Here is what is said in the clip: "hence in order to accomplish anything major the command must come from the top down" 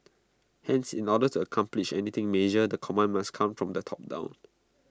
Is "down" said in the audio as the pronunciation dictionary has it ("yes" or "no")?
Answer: yes